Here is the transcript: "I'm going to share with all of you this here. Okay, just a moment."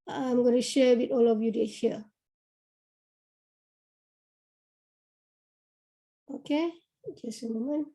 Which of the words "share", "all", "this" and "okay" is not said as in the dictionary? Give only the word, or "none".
this